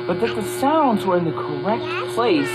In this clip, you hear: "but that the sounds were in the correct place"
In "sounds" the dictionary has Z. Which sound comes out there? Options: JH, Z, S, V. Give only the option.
Z